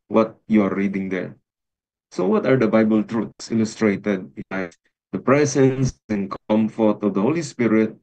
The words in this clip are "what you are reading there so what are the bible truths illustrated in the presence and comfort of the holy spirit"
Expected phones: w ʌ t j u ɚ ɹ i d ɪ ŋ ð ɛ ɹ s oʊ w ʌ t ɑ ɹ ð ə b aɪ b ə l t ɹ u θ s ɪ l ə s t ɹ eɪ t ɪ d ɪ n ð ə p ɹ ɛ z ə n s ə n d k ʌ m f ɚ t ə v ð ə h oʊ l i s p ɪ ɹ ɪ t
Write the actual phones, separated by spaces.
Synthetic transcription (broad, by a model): w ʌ t j u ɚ ɹ i d ɪ ŋ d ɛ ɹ s oʊ w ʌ t ɑ ɹ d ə b aɪ b ə l t ɹ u t s ɪ l ə s t ɹ eɪ t ɪ d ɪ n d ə p ɹ ɛ s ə n s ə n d k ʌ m f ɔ t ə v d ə h oʊ l i s p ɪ ɹ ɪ t